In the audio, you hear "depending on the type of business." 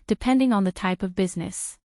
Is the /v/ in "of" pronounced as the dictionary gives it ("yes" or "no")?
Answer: yes